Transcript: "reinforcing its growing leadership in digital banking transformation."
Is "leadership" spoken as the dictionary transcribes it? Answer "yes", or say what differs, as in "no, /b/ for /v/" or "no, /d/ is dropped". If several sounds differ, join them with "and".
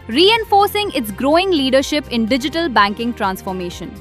yes